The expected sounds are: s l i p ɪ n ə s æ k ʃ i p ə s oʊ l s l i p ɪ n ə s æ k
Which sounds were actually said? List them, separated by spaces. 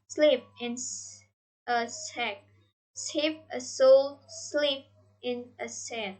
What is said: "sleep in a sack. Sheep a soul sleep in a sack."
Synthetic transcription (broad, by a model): s l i p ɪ n ə s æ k s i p ə s oʊ l s l i p ɪ n ə s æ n